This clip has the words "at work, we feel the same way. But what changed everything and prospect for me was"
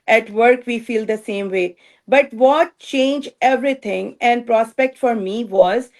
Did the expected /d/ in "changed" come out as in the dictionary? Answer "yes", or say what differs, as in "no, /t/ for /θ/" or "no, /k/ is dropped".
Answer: no, /d/ is dropped